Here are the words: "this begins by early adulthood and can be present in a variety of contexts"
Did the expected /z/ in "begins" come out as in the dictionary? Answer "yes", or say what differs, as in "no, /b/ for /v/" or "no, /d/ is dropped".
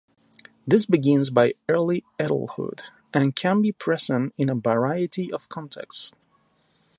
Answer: yes